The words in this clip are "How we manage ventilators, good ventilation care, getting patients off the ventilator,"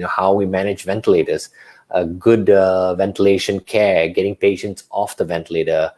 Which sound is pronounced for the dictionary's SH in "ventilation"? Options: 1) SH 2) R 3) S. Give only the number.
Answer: 1